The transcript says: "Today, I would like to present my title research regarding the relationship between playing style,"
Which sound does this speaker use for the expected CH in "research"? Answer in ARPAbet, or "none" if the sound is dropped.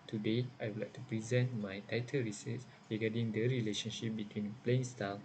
S